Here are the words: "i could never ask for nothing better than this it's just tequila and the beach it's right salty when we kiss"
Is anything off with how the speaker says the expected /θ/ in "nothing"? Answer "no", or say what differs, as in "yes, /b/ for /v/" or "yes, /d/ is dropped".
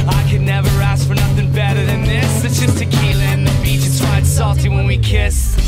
no